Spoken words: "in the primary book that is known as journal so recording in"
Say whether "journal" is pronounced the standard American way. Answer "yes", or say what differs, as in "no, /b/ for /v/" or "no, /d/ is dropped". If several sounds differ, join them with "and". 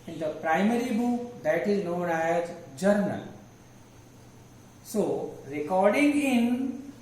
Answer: yes